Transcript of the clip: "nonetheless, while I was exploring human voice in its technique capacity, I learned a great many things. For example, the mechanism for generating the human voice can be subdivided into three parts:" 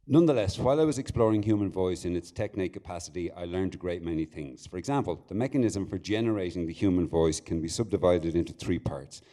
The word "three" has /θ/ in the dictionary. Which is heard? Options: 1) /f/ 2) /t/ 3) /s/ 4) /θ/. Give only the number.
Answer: 4